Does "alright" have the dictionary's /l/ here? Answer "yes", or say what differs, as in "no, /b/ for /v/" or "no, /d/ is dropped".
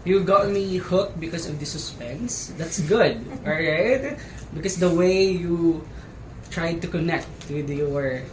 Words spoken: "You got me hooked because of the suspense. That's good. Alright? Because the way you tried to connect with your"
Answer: no, /l/ is dropped